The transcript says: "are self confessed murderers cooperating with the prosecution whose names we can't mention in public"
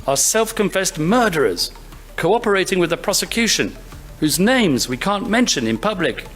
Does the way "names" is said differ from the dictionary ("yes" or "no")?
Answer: no